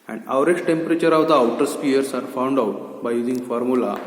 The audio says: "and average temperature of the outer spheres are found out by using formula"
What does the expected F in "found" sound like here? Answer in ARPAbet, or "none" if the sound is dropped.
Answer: F